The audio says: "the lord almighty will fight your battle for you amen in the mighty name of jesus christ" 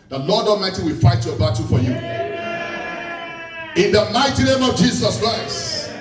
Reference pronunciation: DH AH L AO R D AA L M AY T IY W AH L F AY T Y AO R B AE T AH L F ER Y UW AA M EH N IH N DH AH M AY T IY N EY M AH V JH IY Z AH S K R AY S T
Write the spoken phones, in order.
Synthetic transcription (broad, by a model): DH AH L AO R D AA M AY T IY W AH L F AY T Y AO B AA T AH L F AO Y UW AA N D IH N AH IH T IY N EY M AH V JH IY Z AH S K R AY S T